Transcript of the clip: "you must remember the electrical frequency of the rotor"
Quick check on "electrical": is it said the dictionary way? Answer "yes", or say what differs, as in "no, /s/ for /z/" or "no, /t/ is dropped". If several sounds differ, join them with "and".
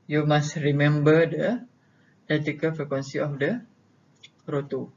no, /k/ is dropped and /ɹ/ is dropped